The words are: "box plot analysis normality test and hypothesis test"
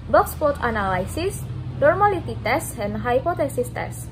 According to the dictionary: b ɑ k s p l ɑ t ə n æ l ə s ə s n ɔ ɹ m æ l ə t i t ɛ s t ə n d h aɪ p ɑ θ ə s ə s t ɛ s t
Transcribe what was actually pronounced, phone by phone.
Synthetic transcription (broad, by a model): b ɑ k s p ɑ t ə n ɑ l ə s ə s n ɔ ɹ m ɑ l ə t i t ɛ s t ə n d h aɪ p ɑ t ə s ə s t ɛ s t